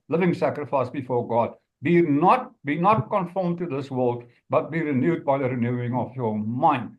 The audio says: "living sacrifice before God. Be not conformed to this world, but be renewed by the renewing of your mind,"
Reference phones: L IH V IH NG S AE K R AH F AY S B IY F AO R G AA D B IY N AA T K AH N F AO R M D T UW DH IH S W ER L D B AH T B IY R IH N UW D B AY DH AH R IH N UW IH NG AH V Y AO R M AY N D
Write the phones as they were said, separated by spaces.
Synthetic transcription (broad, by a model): L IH V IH NG S AE K R AH F AY S B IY F AO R G AA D B IY N AA T K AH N F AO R M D T UW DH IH S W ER L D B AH T B IY R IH N UW D B AY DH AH R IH N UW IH NG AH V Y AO M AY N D